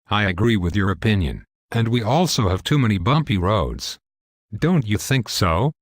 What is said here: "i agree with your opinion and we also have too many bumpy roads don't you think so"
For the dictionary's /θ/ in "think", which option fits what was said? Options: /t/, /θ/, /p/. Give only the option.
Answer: /θ/